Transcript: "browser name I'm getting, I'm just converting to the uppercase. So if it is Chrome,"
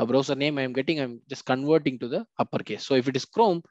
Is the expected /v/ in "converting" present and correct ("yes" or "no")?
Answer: yes